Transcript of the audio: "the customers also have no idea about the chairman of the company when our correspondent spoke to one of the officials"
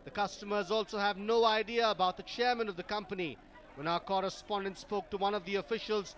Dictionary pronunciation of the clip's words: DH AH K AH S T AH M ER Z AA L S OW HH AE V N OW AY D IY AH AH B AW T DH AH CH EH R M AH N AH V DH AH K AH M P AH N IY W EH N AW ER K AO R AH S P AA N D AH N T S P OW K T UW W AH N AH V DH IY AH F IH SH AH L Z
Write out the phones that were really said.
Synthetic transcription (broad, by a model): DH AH K AH S T AH M ER Z AA L S OW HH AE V N OW AY D IY AH AH B AW T DH AH CH EH R M AH N AH V DH AH K AH M P AH N IY W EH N AW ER K AO R AH S P AA N D AH N T S P OW K T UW W AH N AH V DH IY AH F IH SH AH L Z